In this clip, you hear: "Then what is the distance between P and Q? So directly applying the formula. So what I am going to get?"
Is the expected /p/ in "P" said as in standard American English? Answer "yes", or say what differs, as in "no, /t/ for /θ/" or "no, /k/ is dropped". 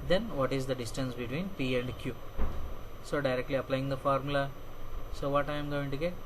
yes